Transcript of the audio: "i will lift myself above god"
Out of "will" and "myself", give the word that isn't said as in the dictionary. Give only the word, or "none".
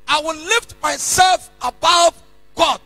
none